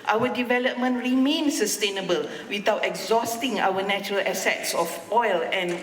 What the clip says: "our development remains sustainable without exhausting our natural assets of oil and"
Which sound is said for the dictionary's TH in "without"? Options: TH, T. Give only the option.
T